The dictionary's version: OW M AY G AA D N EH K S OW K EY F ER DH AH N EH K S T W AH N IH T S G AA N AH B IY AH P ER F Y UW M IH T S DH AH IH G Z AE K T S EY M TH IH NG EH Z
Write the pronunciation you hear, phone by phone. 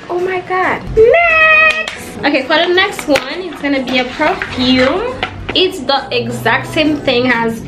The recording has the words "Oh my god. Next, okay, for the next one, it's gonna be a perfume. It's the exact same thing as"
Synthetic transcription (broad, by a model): OW M AY G AA D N OW K EY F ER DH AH N EH K S T W AH N IH T S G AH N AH B IY AH P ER F Y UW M IH T S DH AH IH G Z AE K T S EY M TH IH NG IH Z